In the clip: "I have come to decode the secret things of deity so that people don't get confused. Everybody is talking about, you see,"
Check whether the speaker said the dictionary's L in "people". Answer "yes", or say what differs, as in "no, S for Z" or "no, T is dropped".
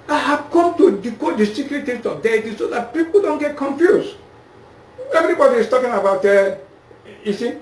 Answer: yes